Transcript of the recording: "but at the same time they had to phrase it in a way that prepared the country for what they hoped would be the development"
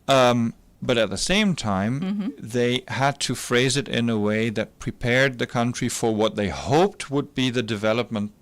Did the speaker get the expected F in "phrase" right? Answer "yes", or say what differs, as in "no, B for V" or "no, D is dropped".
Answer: yes